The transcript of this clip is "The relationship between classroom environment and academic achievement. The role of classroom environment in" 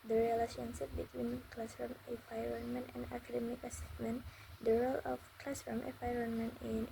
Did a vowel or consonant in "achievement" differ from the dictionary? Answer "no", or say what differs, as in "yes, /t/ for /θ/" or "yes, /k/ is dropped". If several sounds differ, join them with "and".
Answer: yes, /s/ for /tʃ/